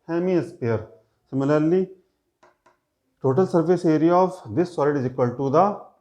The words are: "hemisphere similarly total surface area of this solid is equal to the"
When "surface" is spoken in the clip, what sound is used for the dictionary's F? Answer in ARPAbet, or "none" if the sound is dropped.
P